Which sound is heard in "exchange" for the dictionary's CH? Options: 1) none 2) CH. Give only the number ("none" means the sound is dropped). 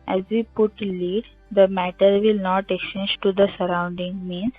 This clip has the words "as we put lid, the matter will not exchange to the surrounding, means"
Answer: 1